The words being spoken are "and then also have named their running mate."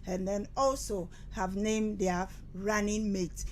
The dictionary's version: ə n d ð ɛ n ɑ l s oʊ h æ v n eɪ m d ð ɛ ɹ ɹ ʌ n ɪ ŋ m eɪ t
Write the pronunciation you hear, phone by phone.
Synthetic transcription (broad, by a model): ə n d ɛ n ɑ l s oʊ h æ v n eɪ m d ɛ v ɹ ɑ n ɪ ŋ m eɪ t